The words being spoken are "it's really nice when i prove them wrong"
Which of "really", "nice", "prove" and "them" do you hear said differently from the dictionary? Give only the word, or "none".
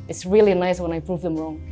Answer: none